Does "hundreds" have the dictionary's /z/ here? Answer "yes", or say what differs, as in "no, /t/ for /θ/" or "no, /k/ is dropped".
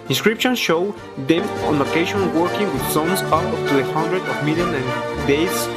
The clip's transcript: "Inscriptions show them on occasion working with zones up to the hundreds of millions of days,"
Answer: no, /z/ is dropped